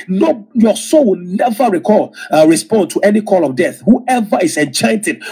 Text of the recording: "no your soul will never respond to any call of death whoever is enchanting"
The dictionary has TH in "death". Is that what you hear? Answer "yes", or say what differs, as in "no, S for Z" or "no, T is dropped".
yes